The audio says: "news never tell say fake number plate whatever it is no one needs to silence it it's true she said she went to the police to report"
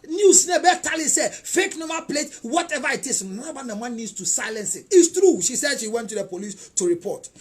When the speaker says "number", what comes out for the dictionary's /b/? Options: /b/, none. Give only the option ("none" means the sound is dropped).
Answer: none